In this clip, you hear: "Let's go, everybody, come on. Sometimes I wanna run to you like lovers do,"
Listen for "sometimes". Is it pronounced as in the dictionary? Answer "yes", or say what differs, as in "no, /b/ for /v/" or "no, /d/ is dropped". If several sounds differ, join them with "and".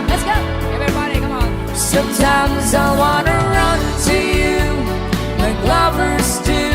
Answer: yes